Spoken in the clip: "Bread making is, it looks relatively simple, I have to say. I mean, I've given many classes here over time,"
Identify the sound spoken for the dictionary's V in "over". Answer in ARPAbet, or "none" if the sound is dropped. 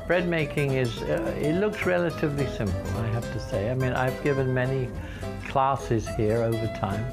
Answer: V